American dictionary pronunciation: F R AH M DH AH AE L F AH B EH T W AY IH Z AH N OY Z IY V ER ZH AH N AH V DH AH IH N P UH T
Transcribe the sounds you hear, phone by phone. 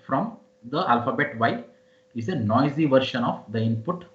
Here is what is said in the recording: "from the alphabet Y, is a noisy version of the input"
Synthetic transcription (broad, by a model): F R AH M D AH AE L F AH B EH T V AY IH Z AH N OY Z IY V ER SH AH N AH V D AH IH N P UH T